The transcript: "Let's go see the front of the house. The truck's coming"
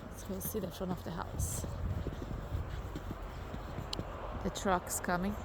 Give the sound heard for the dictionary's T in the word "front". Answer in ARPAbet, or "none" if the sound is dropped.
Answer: none